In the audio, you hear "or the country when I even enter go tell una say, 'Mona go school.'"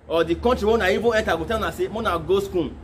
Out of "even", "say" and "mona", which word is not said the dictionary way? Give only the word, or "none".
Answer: even